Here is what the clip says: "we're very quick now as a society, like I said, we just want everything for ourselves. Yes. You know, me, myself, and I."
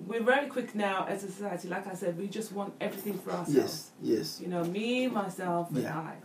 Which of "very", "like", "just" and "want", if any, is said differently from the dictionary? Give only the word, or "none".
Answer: very